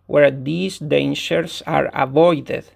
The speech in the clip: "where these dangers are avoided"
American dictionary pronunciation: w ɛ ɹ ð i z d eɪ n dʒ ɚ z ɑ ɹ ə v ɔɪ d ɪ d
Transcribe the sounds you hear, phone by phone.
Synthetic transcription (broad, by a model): w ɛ ɹ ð i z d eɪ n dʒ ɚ s ɑ ɹ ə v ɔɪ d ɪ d